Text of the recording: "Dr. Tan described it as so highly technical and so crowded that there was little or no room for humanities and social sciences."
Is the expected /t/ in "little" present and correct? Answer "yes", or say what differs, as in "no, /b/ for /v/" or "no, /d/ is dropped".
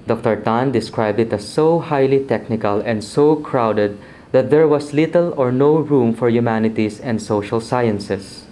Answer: yes